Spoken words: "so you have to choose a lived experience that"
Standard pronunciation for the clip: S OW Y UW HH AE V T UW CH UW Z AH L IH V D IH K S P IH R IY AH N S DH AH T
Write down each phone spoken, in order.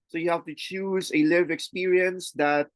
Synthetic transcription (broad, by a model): S OW Y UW HH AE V T UW CH UW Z AH L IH V IH K S P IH R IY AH N S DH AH T